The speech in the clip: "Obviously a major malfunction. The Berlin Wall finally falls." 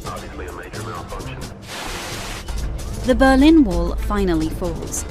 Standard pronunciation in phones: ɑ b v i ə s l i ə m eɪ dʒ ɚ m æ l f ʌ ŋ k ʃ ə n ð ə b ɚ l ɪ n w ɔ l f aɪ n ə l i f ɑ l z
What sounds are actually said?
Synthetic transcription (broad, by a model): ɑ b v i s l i ə m eɪ dʒ ɚ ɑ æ n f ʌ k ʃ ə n ð ə b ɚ l ɪ n w ɔ l f aɪ n ə l i f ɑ l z